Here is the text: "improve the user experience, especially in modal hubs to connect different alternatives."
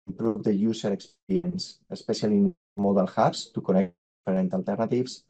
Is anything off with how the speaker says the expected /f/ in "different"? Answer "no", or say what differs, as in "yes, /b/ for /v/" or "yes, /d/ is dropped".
yes, /f/ is dropped